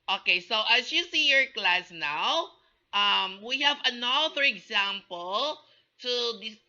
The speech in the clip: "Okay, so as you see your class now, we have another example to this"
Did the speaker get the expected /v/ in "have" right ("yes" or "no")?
yes